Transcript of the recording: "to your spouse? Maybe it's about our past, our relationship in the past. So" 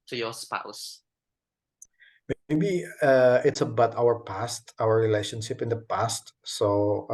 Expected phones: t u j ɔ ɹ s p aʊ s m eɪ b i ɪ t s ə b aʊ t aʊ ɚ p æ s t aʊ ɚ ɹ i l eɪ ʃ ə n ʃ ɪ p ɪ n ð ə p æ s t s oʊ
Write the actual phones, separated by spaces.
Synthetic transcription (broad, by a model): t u j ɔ s p aʊ s m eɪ b i ɪ t s ə b aʊ t aʊ ɚ p æ s t aʊ ɚ ɹ i l eɪ ʃ ə n ʃ ɪ p ɪ n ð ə p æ s t s oʊ